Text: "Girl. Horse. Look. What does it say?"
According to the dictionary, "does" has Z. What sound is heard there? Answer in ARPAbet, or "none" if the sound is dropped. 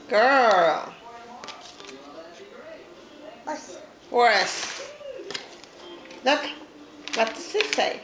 S